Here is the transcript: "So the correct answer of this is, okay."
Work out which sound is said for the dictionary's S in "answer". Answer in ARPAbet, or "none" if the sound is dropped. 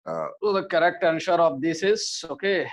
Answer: SH